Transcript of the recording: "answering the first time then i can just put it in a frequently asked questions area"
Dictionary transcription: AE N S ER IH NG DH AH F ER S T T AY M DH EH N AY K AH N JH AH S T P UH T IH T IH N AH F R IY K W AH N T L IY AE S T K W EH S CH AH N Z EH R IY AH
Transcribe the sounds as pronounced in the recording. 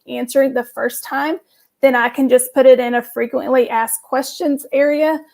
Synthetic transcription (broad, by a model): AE N S ER IH NG DH AH F ER S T T AY M DH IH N AY K AH N JH AH S P UH T IH T IH N AH F R IY K W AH N T L IY AE S K W EH S CH AH N Z EH R IY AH